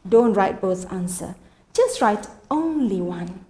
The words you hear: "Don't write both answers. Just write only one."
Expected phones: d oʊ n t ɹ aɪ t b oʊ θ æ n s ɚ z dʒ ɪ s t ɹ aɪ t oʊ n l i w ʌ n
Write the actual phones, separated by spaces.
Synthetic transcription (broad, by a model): d oʊ n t ɹ aɪ t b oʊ s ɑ n s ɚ dʒ ɪ s t ɹ aɪ t oʊ n l i w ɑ n